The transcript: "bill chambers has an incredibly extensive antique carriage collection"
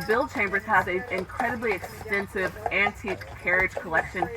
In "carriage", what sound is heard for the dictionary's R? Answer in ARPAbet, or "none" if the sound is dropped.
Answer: R